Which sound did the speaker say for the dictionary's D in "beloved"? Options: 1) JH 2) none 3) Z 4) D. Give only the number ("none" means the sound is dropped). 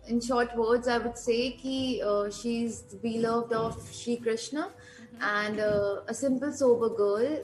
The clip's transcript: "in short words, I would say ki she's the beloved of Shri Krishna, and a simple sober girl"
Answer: 4